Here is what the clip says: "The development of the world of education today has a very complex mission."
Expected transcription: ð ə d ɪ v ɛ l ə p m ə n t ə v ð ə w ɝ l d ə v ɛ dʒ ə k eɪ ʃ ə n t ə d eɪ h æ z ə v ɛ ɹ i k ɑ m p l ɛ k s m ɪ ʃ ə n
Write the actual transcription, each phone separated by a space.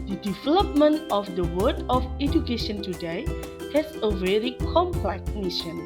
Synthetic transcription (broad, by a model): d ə d ɪ v ɛ l ə p m ə n t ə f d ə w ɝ d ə f ɛ dʒ ə k eɪ ʃ ə n t ə d eɪ h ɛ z ə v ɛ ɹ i k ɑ m p l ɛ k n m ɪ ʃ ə n